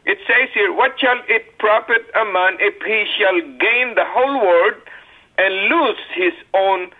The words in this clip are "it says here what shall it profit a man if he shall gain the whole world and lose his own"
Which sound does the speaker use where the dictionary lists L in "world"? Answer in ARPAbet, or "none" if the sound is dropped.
none